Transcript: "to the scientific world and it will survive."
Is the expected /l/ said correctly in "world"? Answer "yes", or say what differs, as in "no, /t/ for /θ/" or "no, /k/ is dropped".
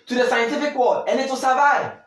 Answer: no, /l/ is dropped